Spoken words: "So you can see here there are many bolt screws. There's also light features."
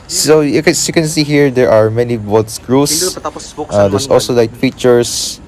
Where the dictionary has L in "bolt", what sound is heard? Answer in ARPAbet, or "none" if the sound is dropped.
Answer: none